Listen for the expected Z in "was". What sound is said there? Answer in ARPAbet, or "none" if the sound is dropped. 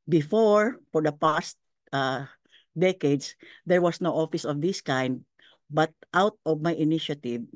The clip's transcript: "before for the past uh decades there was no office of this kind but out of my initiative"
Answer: S